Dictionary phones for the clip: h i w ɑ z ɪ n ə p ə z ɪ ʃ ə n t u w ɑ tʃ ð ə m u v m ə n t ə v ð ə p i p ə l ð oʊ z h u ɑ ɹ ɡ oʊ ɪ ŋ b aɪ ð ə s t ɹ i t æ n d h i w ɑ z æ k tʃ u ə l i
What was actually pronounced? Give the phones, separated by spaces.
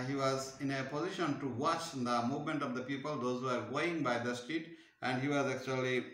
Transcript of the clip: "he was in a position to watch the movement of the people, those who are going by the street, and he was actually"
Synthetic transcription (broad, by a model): h i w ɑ z ɪ n ə p ə z ɪ ʃ ə n t u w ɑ tʃ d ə m u v m ə n t ə v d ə p i p ə l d oʊ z h u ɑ ɹ ɡ oʊ ɪ ŋ b aɪ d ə s t i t æ n d h i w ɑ z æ k tʃ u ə l i